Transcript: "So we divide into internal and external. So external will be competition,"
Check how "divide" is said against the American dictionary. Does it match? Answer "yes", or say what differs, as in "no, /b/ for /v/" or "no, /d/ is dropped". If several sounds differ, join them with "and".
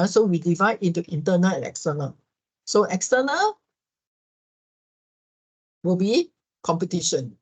yes